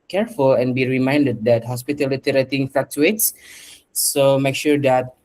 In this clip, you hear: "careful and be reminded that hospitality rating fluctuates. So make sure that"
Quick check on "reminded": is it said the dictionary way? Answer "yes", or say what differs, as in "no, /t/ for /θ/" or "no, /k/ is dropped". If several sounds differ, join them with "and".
yes